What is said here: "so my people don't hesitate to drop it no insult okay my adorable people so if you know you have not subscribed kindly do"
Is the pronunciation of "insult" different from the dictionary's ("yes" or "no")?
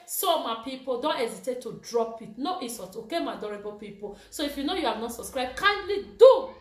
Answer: yes